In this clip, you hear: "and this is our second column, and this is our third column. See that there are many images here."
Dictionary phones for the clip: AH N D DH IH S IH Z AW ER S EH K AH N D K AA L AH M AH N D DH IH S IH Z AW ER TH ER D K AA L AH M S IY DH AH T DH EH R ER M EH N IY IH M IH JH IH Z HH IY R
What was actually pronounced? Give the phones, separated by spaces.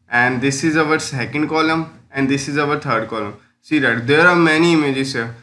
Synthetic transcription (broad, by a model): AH N D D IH S IH Z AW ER S EH K AH N D K AA L AH M AH N D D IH S IH Z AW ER T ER D K AA L AH M S IY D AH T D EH R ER M EH N IY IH M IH JH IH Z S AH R